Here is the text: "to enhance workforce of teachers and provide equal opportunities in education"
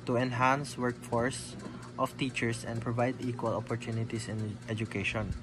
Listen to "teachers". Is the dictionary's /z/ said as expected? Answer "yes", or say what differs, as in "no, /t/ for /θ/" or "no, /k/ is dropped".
no, /s/ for /z/